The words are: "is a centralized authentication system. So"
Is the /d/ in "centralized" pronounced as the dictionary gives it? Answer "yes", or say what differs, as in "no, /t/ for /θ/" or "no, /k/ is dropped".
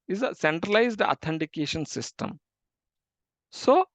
yes